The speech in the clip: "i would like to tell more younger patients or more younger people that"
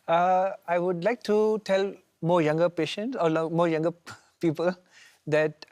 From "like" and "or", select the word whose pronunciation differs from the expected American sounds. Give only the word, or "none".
or